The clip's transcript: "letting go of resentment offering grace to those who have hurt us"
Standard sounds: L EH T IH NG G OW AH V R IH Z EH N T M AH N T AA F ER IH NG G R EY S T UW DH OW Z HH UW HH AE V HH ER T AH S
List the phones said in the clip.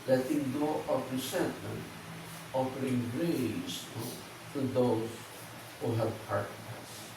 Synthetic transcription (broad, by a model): L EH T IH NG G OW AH P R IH S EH N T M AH N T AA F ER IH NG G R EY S T UW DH OW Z HH UW HH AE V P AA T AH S